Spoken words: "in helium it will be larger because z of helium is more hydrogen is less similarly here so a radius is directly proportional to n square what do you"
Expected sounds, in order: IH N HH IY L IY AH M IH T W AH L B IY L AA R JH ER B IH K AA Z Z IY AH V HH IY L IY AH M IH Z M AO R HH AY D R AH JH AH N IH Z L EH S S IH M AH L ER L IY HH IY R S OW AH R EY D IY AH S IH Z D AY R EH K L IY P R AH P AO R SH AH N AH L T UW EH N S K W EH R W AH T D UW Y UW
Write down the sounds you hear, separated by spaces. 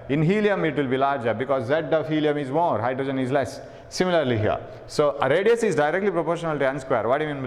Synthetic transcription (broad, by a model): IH N HH IY L IY AH M IH T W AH L B IY L AA R JH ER B IH K AA Z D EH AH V HH IY L IY AH M IH Z M AO R HH AY D R AH JH AH N IH Z L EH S S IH M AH L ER L IY HH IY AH S OW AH R EY D IY AH S IH Z D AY R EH K L IY P R AH P AO R SH AH N AH L T UW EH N S K W EH R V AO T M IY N